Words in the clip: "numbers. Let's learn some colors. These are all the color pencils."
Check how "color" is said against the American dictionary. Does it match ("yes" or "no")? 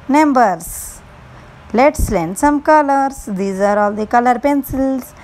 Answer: yes